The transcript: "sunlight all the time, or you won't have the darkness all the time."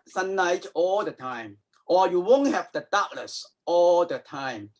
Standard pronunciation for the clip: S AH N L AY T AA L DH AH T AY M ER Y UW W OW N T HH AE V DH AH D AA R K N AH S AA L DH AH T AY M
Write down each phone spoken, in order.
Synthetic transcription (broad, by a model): S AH N AY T AA L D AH T AY M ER Y UW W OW N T HH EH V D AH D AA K L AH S AA L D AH T AY M